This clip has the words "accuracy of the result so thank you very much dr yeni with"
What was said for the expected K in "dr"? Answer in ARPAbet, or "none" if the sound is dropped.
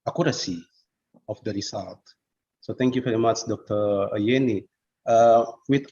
K